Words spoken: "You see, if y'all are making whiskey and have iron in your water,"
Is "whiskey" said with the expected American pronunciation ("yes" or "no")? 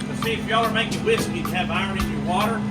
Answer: no